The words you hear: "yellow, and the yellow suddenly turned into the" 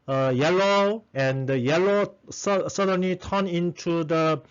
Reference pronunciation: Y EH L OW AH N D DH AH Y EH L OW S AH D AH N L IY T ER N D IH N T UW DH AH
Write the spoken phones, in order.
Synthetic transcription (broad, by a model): Y EH L OW AH N D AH Y EH L OW S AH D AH N L IY T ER N IH N T UW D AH